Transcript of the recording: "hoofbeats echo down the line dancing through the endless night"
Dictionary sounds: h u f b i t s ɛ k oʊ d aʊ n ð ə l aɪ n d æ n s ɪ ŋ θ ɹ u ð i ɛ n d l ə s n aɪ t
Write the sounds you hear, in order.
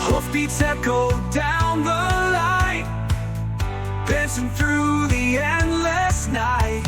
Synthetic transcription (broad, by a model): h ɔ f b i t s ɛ k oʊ d aʊ n ð ə l aɪ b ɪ s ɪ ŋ θ ɹ u ð i ɛ n d l ə s n aɪ t